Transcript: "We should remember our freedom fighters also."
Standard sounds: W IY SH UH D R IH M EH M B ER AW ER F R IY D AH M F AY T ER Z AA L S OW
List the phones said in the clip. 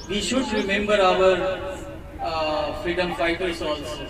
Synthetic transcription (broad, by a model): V IY SH UH D R IH M EH M B ER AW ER F R IY D AH M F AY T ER S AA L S